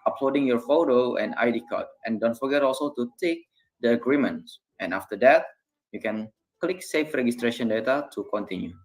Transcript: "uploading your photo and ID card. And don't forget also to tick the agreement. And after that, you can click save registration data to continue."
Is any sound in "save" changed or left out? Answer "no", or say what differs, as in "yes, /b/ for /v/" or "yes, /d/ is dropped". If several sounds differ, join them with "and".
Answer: yes, /f/ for /v/